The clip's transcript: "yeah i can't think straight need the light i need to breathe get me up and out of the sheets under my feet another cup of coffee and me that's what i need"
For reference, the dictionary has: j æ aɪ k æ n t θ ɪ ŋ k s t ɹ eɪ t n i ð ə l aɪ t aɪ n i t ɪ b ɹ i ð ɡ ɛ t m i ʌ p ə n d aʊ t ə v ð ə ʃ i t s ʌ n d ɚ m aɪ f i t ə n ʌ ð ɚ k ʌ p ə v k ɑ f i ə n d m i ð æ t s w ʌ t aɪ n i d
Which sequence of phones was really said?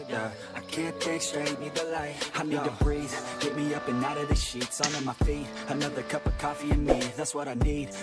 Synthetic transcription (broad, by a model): aɪ k æ n t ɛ ɪ k s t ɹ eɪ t n i ð ə l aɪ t aɪ n i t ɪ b ɹ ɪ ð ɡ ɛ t m i ʌ p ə n aʊ t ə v ð ə ʃ i t s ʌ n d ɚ m aɪ f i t ə n ʌ ð ɚ k ʌ p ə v k ɑ f i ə n m i ð æ t s w ʌ t aɪ n i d